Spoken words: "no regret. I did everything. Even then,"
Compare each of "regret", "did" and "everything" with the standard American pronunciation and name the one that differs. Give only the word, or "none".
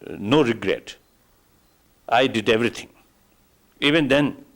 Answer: everything